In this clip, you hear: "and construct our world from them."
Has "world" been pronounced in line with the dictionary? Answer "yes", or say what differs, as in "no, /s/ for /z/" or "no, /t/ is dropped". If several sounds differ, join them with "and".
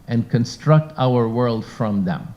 yes